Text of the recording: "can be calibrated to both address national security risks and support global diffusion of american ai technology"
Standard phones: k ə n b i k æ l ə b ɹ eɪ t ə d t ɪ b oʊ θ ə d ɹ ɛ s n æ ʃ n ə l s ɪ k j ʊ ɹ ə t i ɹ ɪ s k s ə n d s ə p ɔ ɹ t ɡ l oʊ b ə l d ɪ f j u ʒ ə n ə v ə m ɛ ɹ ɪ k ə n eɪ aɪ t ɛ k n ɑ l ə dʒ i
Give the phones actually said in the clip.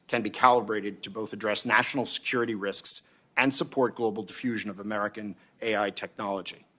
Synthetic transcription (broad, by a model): k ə n b i k æ l ə b ɹ eɪ t ə d t ɪ b oʊ θ ə d ɹ ɛ s n æ ʃ n l s ɪ k j ʊ ɹ ə t i ɹ ɪ s k s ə n s ə p ɔ ɹ t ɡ l oʊ b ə l d ɪ f j u ʒ ə n ə v ə m ɛ ɹ ɪ k ə n eɪ aɪ t ɛ k n ɑ l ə dʒ i